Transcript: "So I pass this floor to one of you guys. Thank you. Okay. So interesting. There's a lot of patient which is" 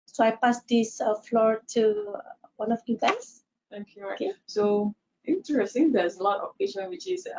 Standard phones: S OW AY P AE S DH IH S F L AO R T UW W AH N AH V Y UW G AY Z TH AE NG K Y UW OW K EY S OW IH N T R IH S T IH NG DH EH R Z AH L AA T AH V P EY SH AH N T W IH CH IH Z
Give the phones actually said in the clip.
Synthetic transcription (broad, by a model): S OW AY P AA S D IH S F L AO R T UW W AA N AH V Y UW G AY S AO K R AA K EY S OW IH N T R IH S T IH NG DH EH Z AH L AA T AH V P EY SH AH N W IH CH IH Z